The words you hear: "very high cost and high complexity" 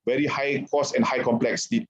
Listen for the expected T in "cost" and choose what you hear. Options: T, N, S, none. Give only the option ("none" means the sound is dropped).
none